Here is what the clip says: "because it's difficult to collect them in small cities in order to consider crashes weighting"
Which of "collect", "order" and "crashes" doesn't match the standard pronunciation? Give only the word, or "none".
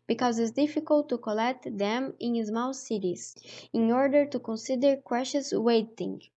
crashes